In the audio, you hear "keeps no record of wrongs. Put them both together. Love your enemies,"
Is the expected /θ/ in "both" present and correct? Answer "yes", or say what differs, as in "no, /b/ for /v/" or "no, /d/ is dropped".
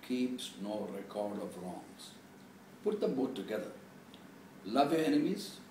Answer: no, /t/ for /θ/